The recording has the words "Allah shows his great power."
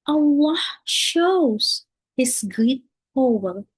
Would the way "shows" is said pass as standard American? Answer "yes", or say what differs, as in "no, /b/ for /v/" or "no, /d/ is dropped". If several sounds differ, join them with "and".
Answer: yes